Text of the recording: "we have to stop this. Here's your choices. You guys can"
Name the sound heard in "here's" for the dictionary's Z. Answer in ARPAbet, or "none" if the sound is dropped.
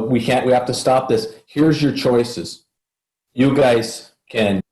Z